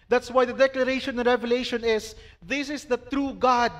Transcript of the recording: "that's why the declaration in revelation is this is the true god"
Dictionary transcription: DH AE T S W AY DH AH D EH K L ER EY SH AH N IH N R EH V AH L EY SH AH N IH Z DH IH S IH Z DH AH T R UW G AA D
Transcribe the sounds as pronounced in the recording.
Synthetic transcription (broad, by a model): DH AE T S W AY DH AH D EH K L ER EY AH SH IH N R EH V AH L EY SH AH N IH S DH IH S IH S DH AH T R UW G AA D